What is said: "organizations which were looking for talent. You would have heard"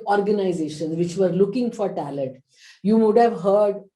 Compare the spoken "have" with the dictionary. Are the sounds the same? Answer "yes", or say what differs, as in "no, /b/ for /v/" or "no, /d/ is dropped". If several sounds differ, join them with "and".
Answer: yes